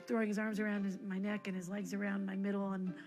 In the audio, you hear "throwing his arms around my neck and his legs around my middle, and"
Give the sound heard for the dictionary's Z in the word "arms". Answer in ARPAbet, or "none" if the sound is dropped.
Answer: Z